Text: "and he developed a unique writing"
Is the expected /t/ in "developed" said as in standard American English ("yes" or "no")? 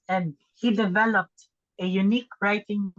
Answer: yes